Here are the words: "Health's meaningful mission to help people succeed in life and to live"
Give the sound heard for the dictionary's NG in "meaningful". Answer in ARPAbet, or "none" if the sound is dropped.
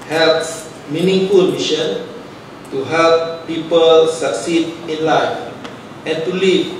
NG